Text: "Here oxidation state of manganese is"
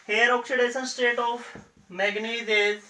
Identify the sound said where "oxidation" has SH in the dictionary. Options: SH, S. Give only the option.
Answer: S